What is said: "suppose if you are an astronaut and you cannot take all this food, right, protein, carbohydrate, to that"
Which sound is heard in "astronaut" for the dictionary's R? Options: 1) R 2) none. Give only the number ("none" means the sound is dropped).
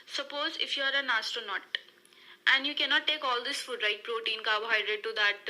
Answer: 2